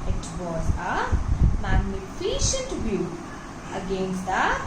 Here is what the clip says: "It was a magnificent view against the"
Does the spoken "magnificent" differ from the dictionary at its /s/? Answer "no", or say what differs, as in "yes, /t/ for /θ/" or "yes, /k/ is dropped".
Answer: yes, /ʃ/ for /s/